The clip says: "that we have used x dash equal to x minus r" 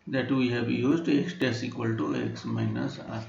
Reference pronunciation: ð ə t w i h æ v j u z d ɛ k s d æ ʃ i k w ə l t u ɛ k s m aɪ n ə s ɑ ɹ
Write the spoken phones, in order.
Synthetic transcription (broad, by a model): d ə t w i h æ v j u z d ɛ k s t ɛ s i k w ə l t u ɛ k s m aɪ n ə s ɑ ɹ